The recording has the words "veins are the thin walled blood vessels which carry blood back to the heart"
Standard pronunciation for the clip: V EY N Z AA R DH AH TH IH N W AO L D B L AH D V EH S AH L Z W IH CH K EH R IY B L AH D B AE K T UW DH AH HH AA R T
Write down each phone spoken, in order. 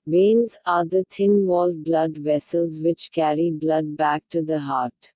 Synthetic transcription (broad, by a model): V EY N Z AA R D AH T IH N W AO L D B L AH D V EH S AH L Z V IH CH K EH R IY B L AH D B AE K T UW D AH HH AA R T